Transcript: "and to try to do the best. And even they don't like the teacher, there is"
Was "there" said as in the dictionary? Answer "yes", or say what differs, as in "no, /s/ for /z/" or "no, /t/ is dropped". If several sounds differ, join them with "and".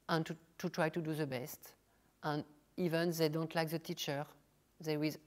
no, /w/ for /ɹ/